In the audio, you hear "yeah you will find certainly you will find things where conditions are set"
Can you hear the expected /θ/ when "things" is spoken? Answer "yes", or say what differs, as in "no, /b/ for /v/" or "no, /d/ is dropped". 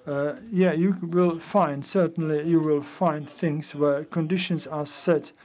yes